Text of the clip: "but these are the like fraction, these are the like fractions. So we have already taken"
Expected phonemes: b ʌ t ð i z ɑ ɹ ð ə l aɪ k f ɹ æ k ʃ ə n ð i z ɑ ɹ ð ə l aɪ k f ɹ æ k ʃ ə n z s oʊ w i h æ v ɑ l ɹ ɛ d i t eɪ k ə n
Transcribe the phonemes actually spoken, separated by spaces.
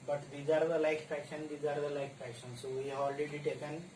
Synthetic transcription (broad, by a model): b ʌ t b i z ɑ ɹ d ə l aɪ k p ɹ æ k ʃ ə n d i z ɑ ɹ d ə l aɪ k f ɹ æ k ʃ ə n s oʊ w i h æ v ɑ l ɹ ɛ d i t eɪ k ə n